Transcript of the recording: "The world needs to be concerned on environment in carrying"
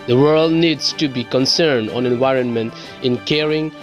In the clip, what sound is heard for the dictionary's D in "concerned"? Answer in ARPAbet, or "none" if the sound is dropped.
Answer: D